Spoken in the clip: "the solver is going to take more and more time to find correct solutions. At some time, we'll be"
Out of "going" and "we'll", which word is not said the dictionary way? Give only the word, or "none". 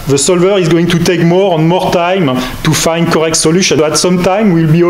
none